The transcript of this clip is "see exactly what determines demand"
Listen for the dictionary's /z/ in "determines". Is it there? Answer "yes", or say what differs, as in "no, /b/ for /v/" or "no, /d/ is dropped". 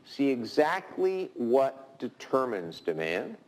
yes